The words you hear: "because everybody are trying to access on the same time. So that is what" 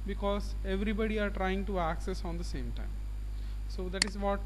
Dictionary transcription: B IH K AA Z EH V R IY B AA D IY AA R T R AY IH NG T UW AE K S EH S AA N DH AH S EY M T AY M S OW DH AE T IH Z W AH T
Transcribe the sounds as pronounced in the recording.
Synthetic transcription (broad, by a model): B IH K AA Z EH V R IY B AA D IY AA R T R AY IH NG T UW AE K S EH S AA N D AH S EY M T AY M S OW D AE T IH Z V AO T